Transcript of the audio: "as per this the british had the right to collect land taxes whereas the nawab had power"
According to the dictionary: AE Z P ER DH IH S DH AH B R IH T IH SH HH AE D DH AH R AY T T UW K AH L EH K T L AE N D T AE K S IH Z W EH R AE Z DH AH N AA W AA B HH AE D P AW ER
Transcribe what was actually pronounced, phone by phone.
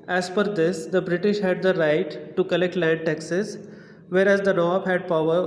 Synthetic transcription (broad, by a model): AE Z F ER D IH S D AH B R IH T IH SH HH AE D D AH R AY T T UW K AH L EH K T L AE N D T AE K S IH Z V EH R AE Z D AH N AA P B HH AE D P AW ER